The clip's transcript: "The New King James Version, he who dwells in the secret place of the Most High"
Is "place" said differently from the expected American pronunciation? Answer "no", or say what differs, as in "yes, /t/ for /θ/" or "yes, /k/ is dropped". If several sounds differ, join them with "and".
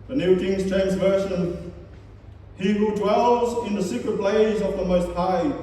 yes, /b/ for /p/